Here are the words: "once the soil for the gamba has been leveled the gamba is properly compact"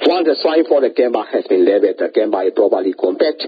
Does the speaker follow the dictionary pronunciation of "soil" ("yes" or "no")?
no